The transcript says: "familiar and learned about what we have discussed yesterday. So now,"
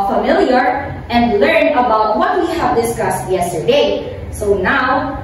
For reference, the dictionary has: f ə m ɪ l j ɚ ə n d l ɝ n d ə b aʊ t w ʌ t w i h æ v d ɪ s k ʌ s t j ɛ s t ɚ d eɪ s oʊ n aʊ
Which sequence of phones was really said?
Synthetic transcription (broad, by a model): f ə m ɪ l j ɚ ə n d l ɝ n ə b aʊ t w ʌ t w i h æ v d ɪ s k ʌ s t j ɛ s t ɚ d eɪ s oʊ n aʊ